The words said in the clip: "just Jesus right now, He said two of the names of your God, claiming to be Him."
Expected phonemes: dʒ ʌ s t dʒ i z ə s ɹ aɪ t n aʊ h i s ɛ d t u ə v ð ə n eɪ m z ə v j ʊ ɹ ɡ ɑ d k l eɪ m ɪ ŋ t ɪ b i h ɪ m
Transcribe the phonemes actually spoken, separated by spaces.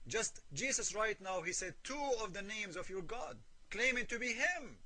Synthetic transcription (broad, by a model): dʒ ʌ s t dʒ i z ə s ɹ aɪ t n aʊ h i s ɛ d t u ə v ð ə n eɪ m z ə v j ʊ ɹ ɡ ɑ d k l eɪ m ɪ ŋ t ɪ b i h ɪ m